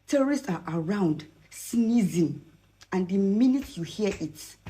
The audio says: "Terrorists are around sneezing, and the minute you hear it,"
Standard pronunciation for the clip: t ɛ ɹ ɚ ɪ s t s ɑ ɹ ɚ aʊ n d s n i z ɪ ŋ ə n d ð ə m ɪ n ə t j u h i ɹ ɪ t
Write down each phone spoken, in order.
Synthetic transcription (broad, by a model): t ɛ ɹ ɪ s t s ɑ ɹ aʊ n d s n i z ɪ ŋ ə n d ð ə m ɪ n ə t j u h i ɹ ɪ t